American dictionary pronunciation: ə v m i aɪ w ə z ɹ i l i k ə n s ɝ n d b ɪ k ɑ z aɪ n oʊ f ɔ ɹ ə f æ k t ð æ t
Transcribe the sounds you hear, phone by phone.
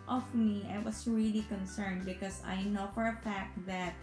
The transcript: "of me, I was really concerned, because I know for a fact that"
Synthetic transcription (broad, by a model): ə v m i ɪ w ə s ɹ i l i k ə n s ɝ n d b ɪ k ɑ s aɪ n oʊ f ɔ ɹ ə f æ k t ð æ t